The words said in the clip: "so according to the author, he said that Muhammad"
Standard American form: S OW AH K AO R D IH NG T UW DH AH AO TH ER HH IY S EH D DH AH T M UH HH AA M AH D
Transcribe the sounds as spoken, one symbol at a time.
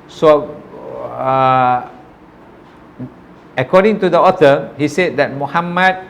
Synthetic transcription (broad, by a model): S OW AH K AO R D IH NG T UW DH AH AO T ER HH IY S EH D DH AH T M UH HH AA M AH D